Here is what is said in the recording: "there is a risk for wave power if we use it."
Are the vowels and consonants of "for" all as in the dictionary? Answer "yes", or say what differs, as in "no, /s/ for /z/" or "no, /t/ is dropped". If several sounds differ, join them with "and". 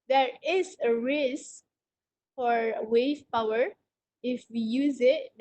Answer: yes